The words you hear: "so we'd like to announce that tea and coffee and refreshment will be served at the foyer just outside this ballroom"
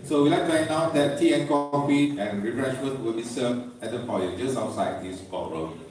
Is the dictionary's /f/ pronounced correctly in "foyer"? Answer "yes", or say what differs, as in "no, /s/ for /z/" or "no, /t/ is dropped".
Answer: no, /p/ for /f/